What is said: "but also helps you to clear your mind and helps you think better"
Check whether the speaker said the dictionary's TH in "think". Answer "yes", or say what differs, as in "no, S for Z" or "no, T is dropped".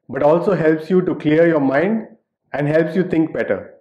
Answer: no, T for TH